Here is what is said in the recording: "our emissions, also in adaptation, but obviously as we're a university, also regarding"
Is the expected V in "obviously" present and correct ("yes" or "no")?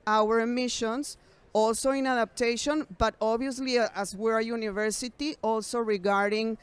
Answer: no